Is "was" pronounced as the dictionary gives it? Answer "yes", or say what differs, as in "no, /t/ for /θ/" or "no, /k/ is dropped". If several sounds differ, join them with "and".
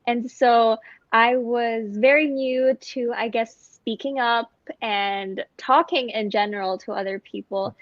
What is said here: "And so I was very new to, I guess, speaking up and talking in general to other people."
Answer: yes